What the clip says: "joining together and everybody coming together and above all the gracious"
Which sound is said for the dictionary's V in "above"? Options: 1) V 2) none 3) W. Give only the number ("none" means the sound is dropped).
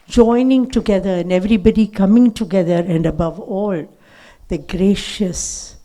1